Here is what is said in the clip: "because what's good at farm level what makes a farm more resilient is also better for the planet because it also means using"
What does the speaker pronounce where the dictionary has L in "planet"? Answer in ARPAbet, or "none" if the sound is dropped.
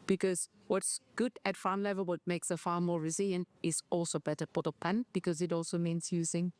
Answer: none